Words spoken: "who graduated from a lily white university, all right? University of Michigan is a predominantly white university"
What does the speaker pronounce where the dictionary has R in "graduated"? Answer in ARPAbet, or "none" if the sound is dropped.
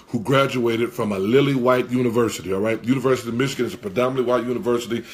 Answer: R